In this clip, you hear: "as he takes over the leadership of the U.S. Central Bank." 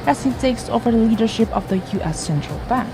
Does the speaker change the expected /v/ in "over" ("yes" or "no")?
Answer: no